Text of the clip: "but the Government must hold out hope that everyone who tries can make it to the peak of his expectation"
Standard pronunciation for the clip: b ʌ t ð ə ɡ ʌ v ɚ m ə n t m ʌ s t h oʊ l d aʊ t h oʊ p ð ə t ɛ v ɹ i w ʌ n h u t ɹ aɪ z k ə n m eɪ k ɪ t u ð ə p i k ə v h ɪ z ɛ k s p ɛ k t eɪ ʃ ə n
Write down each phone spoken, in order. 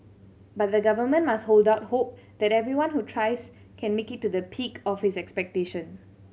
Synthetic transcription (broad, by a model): b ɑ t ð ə ɡ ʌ v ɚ m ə n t m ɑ s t h oʊ l d aʊ t h oʊ p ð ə t ɛ v ɹ i w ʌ n h u t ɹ aɪ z k ə n m eɪ k ɪ t u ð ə p i k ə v h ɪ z ɛ k s p ɛ k t eɪ ʃ ə n